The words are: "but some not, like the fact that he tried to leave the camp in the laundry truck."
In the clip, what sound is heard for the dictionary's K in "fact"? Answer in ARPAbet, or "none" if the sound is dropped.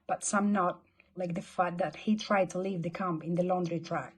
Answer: none